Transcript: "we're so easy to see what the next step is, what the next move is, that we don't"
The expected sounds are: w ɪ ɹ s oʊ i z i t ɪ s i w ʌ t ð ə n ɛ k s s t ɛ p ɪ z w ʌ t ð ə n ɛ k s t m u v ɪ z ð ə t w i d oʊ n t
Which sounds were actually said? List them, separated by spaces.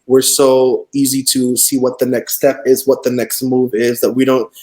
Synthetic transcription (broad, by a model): w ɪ ɹ s oʊ i z i t ɪ s i w ʌ t ð ə n ɛ k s s t ɛ p ɪ z w ʌ t ð ə n ɛ k s t m u v ɪ z ð ə t w i d oʊ n t